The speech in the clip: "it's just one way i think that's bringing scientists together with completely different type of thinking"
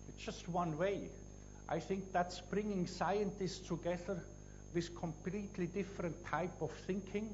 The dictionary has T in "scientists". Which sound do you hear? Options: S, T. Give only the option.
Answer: T